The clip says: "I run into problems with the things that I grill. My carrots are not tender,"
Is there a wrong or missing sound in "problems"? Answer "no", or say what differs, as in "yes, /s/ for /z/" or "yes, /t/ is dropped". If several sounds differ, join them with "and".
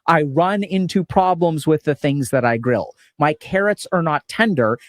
no